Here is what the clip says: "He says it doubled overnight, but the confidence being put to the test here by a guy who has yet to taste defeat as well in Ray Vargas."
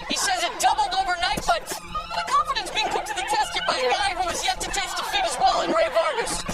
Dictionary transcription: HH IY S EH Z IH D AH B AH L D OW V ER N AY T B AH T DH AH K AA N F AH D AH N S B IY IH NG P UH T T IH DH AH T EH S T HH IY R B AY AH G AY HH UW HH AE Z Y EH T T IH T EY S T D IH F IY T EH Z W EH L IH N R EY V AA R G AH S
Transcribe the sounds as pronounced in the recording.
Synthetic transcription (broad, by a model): HH IY S EH Z IH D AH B L D OW V ER N AY T B AH T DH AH K AA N F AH D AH N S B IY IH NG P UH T T IH DH AH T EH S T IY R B AY AH G AY HH UW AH Z Y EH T T IH T EY S T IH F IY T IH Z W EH L IH N R EY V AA R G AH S